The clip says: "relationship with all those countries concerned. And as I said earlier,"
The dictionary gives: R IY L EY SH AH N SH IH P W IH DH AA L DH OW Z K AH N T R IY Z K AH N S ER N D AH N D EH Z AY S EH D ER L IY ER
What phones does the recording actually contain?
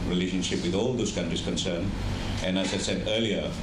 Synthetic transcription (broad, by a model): R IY L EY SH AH N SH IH P W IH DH AA L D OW S K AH N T R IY S K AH N S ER N AH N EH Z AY S EH D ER L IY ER